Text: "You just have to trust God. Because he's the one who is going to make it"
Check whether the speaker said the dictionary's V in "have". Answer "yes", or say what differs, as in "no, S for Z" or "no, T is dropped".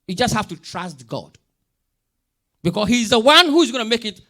no, F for V